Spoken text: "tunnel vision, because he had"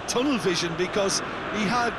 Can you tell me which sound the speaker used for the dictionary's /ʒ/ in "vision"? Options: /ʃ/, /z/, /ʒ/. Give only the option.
/ʒ/